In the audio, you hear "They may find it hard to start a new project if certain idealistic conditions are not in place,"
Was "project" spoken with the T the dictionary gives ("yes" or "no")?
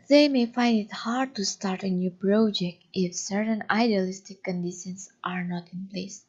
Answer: yes